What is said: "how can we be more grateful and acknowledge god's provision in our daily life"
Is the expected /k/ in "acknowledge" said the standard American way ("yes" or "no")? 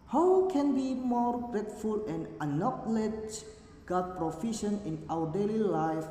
no